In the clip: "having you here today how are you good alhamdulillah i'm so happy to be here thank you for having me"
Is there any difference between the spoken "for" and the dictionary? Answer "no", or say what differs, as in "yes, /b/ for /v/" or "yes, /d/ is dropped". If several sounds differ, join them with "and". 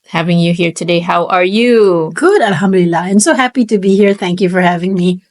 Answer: no